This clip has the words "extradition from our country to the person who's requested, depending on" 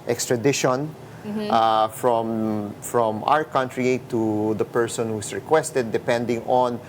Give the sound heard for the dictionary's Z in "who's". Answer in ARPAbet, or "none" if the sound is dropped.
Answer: S